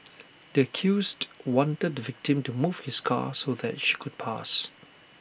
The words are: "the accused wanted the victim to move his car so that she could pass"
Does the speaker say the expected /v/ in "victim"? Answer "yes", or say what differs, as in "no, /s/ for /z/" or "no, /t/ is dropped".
yes